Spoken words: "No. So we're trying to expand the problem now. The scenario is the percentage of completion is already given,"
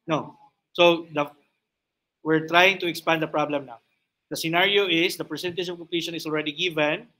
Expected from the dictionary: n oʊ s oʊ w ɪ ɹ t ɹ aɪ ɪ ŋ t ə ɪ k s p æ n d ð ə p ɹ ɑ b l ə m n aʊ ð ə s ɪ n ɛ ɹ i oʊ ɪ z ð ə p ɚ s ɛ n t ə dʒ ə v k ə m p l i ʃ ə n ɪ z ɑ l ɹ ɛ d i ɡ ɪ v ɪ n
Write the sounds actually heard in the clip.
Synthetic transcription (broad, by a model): n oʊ s oʊ w ɪ ɹ t ɹ aɪ ɪ ŋ t ə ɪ k s p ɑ n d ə p ɹ ɑ b l ə m n aʊ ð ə s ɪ n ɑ ɹ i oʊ ɪ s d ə p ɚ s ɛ n t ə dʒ ə v k ə m p l i ʃ ə n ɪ s ɑ l ɹ ɛ d i ɡ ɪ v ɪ n